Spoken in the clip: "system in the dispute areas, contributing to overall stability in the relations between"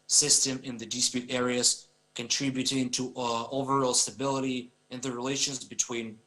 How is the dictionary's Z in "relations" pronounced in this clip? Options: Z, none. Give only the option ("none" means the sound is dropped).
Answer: Z